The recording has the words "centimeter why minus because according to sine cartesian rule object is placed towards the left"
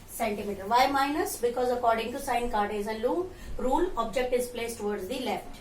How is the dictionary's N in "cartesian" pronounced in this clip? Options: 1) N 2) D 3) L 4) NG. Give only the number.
3